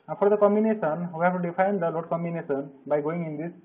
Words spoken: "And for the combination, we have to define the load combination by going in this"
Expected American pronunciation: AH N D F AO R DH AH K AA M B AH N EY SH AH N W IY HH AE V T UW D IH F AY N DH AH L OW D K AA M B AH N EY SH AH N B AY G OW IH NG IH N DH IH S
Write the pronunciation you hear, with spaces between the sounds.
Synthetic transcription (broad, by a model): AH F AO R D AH K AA M B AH N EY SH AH N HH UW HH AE P T UW D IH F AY N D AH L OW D K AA M B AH N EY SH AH N B AY G OW IH NG IH N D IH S